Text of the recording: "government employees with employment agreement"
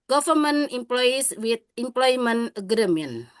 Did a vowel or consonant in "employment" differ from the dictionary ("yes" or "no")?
yes